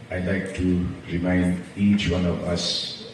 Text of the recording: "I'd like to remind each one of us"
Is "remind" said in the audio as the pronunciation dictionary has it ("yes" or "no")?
yes